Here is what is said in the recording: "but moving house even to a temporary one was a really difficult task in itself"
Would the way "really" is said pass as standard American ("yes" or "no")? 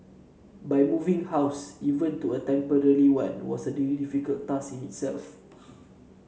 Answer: no